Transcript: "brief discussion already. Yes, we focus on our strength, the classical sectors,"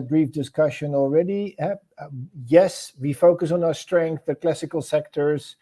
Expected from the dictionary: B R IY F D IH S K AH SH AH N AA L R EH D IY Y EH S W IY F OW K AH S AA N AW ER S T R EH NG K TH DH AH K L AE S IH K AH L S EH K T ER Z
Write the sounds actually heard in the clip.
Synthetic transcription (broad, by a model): B R IY F D IH S K AH SH AH N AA L R EH D IY Y EH S W IY F OW K AH S N AW ER S T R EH NG K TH DH AH K L AE S IH K AH L S EH K T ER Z